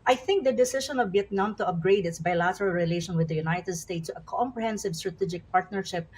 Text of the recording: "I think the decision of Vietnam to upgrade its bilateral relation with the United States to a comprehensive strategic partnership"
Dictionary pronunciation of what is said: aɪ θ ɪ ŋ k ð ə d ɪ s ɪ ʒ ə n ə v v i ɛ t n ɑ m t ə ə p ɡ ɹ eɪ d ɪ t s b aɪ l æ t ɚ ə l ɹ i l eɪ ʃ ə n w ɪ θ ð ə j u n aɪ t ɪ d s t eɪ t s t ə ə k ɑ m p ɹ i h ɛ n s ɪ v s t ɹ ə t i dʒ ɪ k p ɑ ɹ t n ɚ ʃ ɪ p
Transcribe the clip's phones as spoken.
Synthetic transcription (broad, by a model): aɪ θ ɪ ŋ k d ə d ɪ s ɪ ʃ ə n ə v b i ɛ t n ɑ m t ə ə p ɡ ɹ eɪ d ɪ t s b aɪ l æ t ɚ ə l ɹ i l eɪ ʃ ə n w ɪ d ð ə j u n aɪ t ɪ d s t eɪ t s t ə ə k ɑ m p ɹ i h ɛ n s ɪ v s t ɹ ə t i dʒ ɪ k p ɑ ɹ t n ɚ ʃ ɪ p